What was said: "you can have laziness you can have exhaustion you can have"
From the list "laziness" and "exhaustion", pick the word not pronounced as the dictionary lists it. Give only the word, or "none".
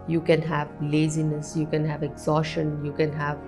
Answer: exhaustion